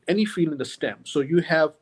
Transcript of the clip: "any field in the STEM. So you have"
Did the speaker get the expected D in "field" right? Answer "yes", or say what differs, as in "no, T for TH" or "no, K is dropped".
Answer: no, D is dropped